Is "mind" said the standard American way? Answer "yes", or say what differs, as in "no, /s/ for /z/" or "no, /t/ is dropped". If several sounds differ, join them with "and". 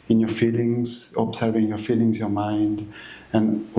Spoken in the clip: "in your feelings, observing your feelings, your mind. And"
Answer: yes